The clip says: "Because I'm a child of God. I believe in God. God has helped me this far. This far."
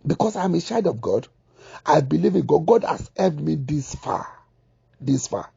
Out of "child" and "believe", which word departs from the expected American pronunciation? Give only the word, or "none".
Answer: child